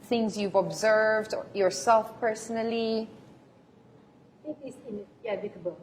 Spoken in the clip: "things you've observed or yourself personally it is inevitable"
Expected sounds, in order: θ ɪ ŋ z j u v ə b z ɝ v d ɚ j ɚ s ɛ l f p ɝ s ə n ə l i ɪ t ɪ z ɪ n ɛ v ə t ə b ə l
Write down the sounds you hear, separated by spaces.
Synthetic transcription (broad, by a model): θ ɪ ŋ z j u v ə b z ɝ v d j ɚ s ɛ l f p ɝ s ə n ə l i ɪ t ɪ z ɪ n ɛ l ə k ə b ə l